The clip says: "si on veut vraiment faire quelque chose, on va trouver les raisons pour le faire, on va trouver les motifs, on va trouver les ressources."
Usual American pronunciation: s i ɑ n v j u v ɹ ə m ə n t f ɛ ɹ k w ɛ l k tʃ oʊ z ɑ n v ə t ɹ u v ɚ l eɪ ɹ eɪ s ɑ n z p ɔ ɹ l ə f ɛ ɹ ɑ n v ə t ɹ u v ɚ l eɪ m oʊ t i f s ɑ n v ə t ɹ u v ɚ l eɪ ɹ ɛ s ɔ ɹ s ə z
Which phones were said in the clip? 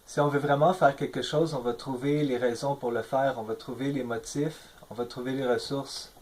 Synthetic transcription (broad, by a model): s i ɑ v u v ɹ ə m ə f ɛ ɹ k ɛ l k ʃ oʊ z ɑ v ə t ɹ u v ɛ l eɪ ɹ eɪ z ɑ p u ɹ l ə f ɛ ɹ ɑ v ə t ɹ u v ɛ l eɪ m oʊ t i f ɑ v ə t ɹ u v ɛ l eɪ ɹ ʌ s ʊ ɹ s